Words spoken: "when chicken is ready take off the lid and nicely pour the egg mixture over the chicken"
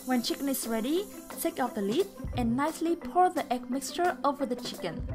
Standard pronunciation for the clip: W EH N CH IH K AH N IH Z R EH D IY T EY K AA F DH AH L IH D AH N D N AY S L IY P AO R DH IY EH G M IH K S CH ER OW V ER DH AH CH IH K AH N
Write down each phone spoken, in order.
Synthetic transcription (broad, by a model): W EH N CH IH K AH N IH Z R EH D IY T EY K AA P DH AH L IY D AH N N AY S L IY P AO R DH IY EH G M IH K S CH ER OW V ER DH AH CH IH K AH N